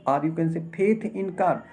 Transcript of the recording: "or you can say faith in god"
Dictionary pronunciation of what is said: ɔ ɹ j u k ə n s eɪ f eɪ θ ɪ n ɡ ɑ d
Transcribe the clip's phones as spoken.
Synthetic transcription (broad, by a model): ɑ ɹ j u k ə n s eɪ p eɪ t ɪ n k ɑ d